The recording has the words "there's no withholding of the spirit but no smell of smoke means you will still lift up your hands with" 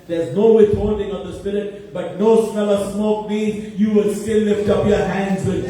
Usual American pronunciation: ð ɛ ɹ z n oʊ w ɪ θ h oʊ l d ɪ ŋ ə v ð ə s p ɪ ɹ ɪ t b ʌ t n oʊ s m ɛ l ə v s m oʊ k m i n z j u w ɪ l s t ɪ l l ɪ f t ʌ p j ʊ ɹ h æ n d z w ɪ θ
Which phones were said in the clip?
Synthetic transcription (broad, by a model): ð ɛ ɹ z n oʊ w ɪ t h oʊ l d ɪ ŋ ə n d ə s p ɪ ɹ ɪ t b ʌ t n oʊ s m ɛ l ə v s m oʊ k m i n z j u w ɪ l s t ɪ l l ɪ f t ʌ p j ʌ ɹ h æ n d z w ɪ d